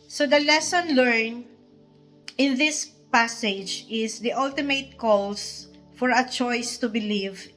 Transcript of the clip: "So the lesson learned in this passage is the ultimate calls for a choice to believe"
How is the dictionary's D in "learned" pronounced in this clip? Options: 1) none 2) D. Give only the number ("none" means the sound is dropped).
1